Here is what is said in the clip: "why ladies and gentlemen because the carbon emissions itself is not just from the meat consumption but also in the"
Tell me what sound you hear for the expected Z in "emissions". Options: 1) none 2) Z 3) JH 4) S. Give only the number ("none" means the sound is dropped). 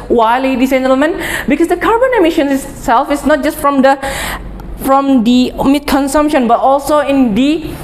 1